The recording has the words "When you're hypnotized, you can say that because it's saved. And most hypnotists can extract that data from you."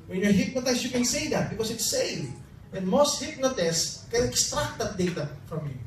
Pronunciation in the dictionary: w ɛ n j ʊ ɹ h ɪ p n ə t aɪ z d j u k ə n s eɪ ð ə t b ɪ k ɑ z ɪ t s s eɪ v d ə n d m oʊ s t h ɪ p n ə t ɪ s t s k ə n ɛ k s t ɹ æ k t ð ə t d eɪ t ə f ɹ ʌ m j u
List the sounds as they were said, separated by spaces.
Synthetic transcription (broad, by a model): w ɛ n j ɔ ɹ h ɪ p n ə t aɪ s j u k ə n s eɪ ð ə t b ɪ k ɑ s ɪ t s s eɪ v ə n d m oʊ s t h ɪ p n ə t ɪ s s k ə n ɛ k s t ɹ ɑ k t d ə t d eɪ t ə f ɹ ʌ m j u